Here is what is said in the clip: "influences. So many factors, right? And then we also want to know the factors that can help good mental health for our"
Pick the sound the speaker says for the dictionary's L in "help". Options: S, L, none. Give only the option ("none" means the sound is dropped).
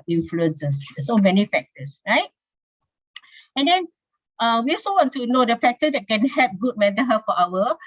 none